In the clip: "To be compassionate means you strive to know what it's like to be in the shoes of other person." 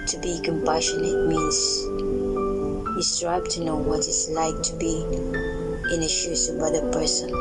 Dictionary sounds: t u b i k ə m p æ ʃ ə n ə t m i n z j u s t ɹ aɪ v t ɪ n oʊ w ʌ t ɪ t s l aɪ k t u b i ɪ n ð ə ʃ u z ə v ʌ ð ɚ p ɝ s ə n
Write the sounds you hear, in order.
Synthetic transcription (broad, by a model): t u b i k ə m p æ ʃ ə n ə t m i n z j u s t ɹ aɪ b t ɪ n oʊ w ʌ t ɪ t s l aɪ k t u b i ɪ n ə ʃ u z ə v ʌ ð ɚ p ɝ s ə n